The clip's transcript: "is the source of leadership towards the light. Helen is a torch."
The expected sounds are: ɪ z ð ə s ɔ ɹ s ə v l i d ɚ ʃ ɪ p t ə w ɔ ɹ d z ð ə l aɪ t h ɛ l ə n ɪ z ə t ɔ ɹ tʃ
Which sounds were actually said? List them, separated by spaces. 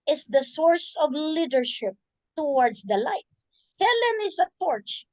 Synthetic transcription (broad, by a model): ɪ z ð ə s ɔ ɹ s ə v l i d ɚ ʃ ɪ p t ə w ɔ ɹ d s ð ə l aɪ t h ɛ l ə n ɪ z ə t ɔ ɹ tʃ